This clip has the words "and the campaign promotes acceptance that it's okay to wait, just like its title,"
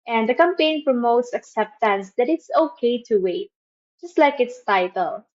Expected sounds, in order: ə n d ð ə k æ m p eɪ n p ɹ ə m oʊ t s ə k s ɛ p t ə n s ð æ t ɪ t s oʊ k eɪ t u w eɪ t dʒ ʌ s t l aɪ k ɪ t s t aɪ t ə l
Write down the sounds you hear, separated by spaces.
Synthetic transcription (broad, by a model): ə n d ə k æ m p eɪ n p ɹ ə m oʊ t s ə k s ɛ p t ə n s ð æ t ɪ t s oʊ k eɪ t u w eɪ t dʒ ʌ s t l aɪ k ɪ t s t aɪ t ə l